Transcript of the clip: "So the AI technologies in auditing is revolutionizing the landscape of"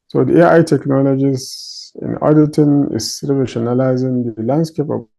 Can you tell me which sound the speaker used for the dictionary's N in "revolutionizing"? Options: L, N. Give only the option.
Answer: L